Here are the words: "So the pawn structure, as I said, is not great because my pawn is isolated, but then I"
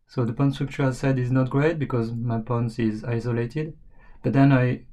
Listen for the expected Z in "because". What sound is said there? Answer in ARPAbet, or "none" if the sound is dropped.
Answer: Z